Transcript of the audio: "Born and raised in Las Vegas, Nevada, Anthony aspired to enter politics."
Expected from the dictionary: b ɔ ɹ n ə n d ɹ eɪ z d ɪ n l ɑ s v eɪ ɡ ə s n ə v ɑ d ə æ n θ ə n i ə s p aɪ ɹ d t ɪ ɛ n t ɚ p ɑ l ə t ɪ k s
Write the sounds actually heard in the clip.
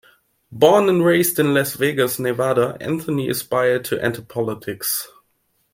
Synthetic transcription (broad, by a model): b ɔ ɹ n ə n ɹ eɪ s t ɪ n l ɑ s v eɪ ɡ ə s n ə v ɑ d ə æ n θ ə n i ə s p aɪ ɹ d t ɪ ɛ n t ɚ p ɑ l ə t ɪ k s